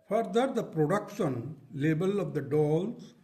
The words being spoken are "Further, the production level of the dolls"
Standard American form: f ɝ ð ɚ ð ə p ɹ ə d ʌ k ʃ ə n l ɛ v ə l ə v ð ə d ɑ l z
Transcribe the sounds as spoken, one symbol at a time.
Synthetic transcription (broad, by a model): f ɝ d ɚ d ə p ɹ ə d ʌ k ʃ ə n l ɛ b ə l ə v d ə d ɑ l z